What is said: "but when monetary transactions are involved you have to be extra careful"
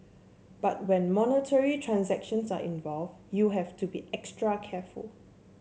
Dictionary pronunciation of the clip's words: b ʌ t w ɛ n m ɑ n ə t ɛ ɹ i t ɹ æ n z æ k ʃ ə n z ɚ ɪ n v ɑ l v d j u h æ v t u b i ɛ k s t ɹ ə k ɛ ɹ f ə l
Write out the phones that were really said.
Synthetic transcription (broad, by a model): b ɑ t w ɛ n m ɑ n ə t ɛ ɹ i t ɹ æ n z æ k ʃ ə n s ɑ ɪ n v ɑ l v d j u h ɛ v t u b i ɛ k s t ɹ ə k ɛ f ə l